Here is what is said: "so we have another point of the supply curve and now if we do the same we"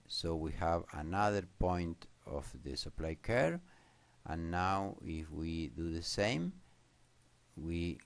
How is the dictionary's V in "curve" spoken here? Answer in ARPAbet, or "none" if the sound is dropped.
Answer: none